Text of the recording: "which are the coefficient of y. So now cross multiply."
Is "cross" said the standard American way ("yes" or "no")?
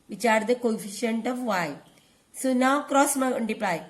yes